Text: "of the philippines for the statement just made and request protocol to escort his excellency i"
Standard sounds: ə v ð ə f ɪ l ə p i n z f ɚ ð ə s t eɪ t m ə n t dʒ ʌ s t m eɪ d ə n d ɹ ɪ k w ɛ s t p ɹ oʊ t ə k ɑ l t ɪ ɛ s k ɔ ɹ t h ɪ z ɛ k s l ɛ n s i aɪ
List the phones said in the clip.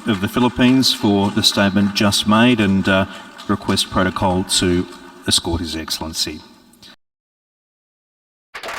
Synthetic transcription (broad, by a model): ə v ð ə f ɪ l ə p i n z f ɚ ð ə s t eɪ t m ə n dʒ ʌ s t m eɪ d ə n ɹ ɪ k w ɛ s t p ɹ oʊ t ə k ɑ l t ɪ ɛ s k ɔ ɹ t h ɪ z ɛ k s l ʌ n s i